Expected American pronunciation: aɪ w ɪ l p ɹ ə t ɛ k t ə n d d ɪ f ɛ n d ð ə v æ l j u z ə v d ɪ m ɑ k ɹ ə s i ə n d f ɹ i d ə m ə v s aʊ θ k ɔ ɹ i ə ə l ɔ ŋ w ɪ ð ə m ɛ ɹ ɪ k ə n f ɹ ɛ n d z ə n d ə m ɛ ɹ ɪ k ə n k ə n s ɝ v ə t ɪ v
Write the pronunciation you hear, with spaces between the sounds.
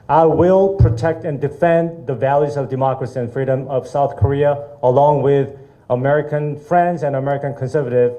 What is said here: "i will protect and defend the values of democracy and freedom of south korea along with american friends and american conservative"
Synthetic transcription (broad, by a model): aɪ w ɪ l p ɹ ə t ɛ k t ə n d d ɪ f ɛ n ð ə v æ l j u z ə v d ɪ m ɑ k ɹ ə s i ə n f ɹ i d ə m ə v s aʊ θ k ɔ ɹ i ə ə l ɔ ŋ w ɪ ð ə m ɛ ɹ ɪ k ə n f ɹ ɛ n d z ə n ə m ɛ ɹ ɪ k ə n k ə n s ɝ v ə t ɪ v